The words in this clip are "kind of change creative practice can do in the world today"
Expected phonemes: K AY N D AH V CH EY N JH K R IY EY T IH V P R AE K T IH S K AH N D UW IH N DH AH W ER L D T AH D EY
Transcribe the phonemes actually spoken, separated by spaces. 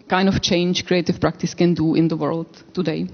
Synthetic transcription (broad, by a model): K AY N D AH F CH EY N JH K R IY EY T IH F P R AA K T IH S K AH N D UW IH N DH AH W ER L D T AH D EY